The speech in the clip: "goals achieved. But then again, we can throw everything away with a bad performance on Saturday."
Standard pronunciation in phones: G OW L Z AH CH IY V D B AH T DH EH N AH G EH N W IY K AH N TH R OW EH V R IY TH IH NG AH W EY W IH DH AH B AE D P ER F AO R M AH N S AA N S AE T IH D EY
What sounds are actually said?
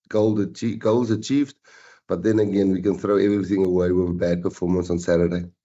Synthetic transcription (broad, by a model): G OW L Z AH CH IY V D B AH T DH EH N AH G EH N W IY K AH N TH R OW EH V R IY TH IH NG AH W EY W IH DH AH B AE D P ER F AO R M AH N S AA N S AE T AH D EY